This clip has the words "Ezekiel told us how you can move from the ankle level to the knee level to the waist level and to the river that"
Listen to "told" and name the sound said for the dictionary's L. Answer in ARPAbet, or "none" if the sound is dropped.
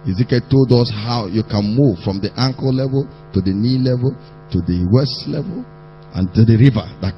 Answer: L